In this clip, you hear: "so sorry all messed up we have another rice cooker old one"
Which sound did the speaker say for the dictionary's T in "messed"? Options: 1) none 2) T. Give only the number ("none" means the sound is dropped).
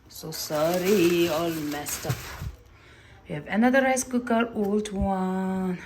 2